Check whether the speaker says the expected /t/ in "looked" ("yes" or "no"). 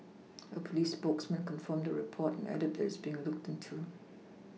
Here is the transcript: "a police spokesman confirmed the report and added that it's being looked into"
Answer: yes